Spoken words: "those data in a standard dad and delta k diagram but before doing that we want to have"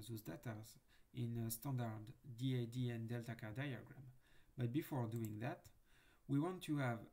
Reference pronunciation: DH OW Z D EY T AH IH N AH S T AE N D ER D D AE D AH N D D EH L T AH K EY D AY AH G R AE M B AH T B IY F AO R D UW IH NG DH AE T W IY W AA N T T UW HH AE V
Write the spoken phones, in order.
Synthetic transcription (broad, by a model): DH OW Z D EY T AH IH N AH S T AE N D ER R D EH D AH N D D EH L T AH K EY D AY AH G R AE M B AH T B IY F AO R D UW IH NG DH AE T W IY W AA N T T UW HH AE V